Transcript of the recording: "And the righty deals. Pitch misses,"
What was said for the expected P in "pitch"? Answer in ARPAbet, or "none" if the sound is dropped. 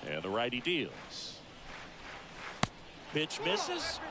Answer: B